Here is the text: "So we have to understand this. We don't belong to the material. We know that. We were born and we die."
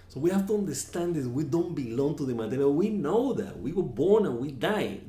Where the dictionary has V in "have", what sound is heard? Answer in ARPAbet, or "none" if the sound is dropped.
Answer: F